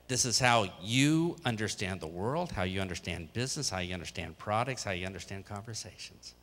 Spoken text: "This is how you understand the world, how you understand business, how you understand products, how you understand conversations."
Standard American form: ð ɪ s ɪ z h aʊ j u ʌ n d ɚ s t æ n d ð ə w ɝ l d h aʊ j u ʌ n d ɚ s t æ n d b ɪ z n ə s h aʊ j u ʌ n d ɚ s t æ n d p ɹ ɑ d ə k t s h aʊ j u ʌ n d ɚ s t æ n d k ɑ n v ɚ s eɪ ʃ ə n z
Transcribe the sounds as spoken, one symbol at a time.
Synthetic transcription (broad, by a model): ð ɪ s ɪ z h aʊ j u ʌ n d ɚ s t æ n ð ə w ɝ l d h aʊ j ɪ ʌ n d ɚ s t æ n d b ɪ z n ə s h aʊ j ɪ ʌ n d ɚ s t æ n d p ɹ ɑ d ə k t s h aʊ j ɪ ʌ n d ɚ s t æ n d k ɑ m v ɚ s eɪ ʃ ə n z